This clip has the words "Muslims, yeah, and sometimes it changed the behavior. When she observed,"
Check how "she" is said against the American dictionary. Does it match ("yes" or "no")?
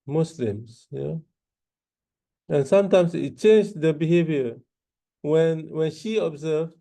yes